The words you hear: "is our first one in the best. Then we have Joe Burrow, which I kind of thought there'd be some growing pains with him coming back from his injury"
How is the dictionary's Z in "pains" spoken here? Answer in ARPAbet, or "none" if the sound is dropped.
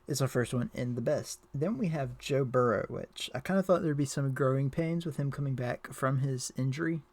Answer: Z